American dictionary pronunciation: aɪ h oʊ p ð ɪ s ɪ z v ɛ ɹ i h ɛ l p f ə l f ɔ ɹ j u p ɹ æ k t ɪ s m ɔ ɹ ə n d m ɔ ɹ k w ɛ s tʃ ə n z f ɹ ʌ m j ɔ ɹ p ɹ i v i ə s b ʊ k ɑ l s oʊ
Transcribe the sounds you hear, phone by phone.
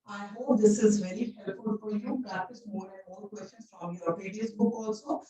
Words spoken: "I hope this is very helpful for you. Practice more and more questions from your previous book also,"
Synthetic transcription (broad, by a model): aɪ h oʊ p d ɪ s ɪ z v ɛ ɹ i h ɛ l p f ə l f ɔ ɹ j u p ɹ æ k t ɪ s m ɔ ɹ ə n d m ɔ ɹ k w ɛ s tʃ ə n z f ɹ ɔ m j ɔ ɹ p i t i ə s b ʊ k ɑ l s oʊ